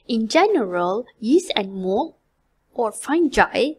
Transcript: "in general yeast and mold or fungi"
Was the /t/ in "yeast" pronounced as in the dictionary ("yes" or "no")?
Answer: no